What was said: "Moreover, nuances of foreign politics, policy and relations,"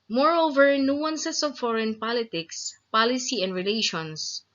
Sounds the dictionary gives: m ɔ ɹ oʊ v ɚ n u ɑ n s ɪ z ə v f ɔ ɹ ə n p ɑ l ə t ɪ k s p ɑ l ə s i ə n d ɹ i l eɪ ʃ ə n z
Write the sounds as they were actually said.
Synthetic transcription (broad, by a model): m ɔ ɹ oʊ v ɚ n u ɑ n s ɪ s ə v f ɔ ɹ ə n p ɑ l ə t ɪ k s p ɑ l ə s i ə n d ɹ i l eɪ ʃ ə n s